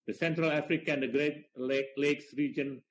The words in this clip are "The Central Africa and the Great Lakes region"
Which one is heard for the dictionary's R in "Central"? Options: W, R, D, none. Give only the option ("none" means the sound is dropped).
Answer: R